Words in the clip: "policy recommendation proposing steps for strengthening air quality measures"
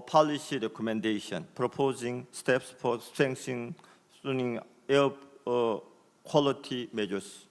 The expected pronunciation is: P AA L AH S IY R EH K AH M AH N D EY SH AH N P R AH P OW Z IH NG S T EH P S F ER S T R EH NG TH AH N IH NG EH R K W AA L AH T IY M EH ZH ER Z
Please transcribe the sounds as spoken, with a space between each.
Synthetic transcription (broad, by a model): P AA L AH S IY R EH K AH M AH N D EY SH AH N P R AH P OW Z IH NG S T EH P S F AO S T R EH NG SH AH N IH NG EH K W AA L AH T IY M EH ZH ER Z